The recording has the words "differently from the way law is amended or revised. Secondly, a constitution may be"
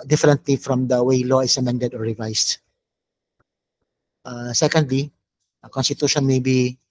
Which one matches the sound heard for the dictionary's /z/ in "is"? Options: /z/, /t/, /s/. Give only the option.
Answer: /s/